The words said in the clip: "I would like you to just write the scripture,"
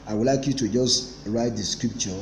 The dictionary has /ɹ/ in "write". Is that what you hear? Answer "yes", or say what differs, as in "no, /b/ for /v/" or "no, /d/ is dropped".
yes